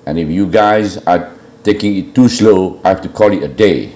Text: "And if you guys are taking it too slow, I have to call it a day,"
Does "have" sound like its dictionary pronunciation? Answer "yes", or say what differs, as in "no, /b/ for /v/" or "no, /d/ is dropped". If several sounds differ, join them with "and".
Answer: no, /f/ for /v/